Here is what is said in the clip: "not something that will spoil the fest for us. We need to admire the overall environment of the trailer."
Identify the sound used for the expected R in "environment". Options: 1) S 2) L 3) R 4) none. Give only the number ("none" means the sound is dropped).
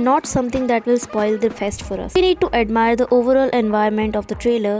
4